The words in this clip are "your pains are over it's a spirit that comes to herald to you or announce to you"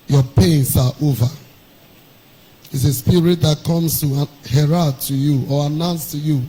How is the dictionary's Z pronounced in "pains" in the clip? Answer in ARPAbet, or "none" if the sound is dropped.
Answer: S